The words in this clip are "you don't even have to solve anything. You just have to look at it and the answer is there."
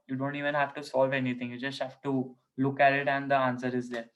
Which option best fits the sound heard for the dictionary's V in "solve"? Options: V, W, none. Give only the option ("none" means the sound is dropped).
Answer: V